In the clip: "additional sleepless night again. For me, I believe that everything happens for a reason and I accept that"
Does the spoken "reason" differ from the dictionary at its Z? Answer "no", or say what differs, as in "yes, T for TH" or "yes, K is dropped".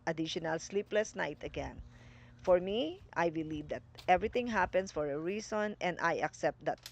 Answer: yes, S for Z